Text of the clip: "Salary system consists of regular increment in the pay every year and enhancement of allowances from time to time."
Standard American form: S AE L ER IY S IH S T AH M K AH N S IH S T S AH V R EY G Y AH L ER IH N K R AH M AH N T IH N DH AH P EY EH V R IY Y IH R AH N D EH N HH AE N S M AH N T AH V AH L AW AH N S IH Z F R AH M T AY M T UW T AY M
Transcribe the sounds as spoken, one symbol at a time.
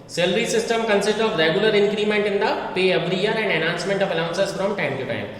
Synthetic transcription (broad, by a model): S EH L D IY S IH S T AH M K AH N S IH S T AH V R EY G Y AH L ER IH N K R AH M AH N T IH N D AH P EY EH B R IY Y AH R AH N D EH N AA N S M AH N T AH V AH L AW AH N S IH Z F R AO M T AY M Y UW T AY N